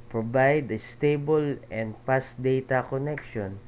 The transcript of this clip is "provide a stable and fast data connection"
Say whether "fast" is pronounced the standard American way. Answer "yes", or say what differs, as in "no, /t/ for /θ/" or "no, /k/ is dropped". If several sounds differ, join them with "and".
no, /p/ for /f/